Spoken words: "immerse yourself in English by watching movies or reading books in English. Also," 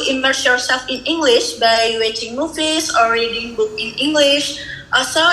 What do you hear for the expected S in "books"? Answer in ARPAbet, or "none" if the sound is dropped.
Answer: none